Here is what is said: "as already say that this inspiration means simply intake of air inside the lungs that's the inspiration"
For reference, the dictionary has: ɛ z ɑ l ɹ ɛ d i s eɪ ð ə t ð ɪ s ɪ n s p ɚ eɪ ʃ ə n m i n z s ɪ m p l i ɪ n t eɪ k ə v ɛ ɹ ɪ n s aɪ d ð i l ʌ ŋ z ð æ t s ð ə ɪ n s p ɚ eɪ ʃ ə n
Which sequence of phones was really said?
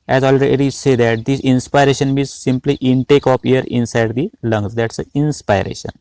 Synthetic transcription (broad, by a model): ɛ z ɑ l ɹ ɛ d i s eɪ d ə t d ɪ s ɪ n s p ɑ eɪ ʃ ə n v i z s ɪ m p l i ɪ n t eɪ k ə p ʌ ɹ ɪ n s aɪ d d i l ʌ ŋ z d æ t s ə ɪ n s p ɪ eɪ ʃ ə n